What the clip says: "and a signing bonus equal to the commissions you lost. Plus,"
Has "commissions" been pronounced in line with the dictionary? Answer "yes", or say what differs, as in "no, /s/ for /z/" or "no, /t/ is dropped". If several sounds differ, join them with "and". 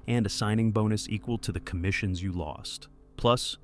yes